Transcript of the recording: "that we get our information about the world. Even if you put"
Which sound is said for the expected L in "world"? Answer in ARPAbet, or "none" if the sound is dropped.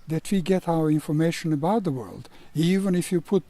L